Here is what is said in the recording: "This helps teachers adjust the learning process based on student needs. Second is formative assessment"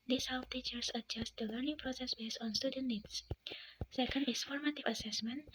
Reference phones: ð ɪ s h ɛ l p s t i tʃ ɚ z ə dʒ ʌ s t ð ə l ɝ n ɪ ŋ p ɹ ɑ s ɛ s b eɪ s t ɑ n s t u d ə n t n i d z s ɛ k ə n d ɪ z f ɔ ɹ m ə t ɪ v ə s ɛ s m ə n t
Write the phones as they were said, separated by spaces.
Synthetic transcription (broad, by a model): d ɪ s h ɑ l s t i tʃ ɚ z ə dʒ ʌ s t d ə l ɝ n ɪ ŋ p ɹ ɑ s ɛ s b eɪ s ɑ n s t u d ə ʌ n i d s s ɛ k ə n d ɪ s f ɔ ɹ m ə t ɪ v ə s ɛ s m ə n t